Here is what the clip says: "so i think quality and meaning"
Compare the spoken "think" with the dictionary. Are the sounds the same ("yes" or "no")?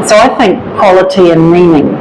yes